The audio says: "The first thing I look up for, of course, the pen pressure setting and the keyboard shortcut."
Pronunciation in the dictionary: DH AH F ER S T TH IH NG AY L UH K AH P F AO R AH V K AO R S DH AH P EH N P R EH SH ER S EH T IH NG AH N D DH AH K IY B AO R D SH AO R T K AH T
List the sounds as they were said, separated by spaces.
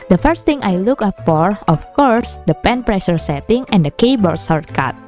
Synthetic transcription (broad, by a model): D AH F ER S T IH NG AY L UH K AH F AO R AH F K AO R S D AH P EH N P R EH SH ER S EH T IH NG AH N D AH K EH B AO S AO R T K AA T